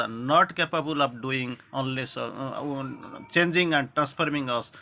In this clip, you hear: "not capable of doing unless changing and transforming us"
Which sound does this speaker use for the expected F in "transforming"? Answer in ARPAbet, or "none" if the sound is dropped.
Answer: P